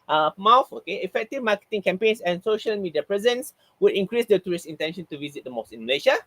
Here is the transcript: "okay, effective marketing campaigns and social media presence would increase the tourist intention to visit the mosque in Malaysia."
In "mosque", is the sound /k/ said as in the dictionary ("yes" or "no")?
no